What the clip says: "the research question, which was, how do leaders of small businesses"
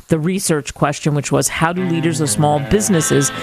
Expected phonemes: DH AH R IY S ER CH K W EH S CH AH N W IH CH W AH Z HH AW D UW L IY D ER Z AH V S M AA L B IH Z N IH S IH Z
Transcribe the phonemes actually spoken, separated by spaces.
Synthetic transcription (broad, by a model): DH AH R IY S ER CH K W EH S CH AH N W IH CH W AH Z HH AW D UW L IY D ER Z AH V S M AA L B IH Z N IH S IH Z